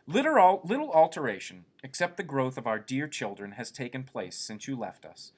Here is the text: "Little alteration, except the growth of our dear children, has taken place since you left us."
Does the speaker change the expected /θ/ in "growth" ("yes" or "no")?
no